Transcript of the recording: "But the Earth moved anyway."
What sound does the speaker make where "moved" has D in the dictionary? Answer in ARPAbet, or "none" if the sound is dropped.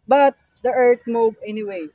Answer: none